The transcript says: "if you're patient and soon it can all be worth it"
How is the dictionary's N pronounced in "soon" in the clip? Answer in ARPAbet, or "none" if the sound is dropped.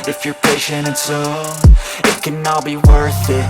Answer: none